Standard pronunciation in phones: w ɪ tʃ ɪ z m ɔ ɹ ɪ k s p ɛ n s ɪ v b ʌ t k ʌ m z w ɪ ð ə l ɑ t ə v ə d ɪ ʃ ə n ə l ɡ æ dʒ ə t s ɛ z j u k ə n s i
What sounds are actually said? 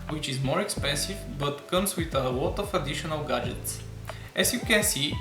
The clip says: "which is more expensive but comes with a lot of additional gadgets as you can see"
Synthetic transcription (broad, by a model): w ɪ tʃ ɪ z m ɔ ɹ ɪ k s p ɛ n s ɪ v b ʌ t k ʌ m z w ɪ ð ə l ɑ t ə f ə d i ʃ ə n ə l ɡ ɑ dʒ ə t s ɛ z j u k ə n s i